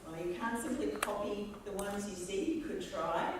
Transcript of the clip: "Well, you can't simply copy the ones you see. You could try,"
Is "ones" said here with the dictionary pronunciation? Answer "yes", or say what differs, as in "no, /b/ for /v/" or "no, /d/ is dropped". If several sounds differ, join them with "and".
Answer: yes